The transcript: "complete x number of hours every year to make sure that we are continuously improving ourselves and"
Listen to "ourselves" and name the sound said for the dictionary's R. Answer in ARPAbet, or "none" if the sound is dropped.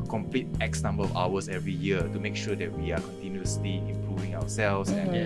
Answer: W